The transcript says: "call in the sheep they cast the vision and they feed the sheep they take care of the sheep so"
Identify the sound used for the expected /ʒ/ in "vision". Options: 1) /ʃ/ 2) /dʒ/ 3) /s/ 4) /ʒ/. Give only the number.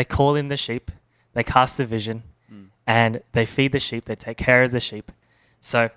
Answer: 4